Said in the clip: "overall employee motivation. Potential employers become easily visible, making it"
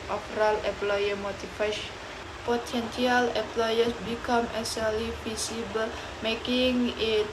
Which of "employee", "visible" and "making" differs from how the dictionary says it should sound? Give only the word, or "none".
visible